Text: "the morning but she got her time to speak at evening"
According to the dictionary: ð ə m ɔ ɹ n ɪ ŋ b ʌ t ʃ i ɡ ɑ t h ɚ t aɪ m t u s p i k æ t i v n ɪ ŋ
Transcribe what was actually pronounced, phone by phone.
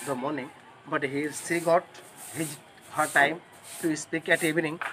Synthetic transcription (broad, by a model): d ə m ɔ ɹ n ɪ ŋ b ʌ t s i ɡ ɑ t h ɚ t aɪ m t u s p i k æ t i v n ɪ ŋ